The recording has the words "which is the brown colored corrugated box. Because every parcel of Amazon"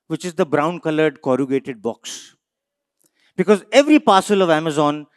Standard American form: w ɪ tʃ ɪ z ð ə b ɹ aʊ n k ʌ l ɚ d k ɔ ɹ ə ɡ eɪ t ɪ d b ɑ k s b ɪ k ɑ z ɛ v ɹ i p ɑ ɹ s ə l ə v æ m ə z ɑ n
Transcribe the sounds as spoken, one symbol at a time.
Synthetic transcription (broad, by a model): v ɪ tʃ ɪ z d ə b ɹ aʊ n k ʌ l ɚ d k ɔ ɹ ə ɡ eɪ t ɪ d b ɑ k s b ɪ k ɑ z ɛ v ɹ i p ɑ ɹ s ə l ə v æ m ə z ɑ n